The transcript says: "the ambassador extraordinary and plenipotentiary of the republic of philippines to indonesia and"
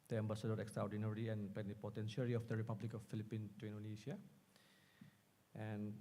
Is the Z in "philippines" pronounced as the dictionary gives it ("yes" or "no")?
no